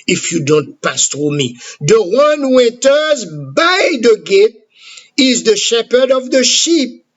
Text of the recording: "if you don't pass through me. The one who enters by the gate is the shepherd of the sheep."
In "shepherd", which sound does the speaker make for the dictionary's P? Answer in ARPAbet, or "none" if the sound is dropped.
P